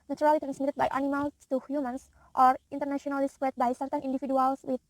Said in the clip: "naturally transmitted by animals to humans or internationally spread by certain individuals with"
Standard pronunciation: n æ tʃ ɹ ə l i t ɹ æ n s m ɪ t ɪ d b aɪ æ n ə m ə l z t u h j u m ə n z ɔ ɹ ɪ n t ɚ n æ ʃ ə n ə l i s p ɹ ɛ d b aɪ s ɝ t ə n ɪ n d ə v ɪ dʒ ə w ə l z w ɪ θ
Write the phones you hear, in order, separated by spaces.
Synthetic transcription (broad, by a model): n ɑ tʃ ɹ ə l i t ɹ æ n s m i t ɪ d b aɪ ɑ n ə m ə l t u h j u m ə n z ɔ ɹ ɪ n t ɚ n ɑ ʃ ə n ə l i s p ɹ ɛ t b aɪ s ɝ t ə n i n d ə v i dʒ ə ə l s w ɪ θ